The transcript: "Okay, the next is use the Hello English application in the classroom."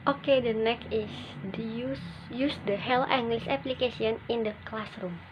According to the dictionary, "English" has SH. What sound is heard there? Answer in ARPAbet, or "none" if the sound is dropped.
S